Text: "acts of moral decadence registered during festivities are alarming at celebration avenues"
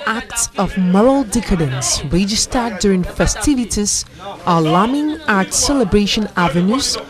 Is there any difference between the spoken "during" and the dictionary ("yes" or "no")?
no